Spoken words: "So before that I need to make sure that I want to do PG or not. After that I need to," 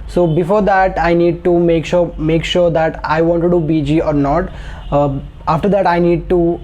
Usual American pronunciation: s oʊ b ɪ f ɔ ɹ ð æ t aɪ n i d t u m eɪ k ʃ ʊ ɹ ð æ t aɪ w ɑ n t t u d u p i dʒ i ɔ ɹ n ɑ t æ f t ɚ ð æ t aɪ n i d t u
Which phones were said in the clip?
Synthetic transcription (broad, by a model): s oʊ b ɪ f ɔ ɹ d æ t aɪ n i d t u m eɪ k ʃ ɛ ɹ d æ t aɪ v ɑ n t t u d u b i dʒ i ɔ ɹ n ɑ t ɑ f t ɚ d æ t aɪ n i d t u